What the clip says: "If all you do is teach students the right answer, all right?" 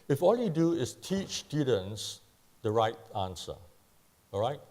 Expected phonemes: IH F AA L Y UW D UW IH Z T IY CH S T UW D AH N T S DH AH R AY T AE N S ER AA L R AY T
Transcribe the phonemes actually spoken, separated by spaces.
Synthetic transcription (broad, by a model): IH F AA L Y UW D UW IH S T IY CH S T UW D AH N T S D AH R AY T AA N S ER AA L R AY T